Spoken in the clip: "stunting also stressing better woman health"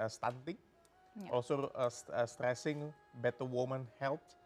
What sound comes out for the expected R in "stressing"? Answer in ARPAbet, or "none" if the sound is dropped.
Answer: R